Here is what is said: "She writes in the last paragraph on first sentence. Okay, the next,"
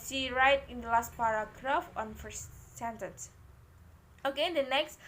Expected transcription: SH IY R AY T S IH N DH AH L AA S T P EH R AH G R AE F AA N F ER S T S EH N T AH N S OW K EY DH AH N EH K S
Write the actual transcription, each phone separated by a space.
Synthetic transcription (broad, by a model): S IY R AY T IH N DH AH L AA S T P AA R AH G R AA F AA N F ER S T S EH N T AH N S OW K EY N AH N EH K S